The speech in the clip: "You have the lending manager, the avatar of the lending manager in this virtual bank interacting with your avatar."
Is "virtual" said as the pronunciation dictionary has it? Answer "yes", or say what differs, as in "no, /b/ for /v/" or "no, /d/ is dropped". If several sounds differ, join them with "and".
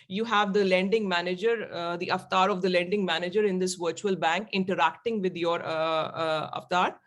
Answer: yes